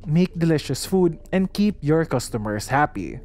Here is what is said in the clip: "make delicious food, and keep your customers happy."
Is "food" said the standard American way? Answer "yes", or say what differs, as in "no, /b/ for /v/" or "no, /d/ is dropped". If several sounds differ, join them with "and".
yes